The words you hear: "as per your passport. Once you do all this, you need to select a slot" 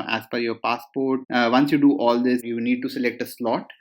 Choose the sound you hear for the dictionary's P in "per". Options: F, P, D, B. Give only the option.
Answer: F